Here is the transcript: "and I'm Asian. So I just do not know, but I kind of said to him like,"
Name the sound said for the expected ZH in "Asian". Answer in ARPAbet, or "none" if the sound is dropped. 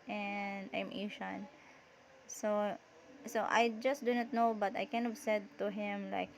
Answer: SH